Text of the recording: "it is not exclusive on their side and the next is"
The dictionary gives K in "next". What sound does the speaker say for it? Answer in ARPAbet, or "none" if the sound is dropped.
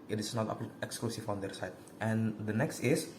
K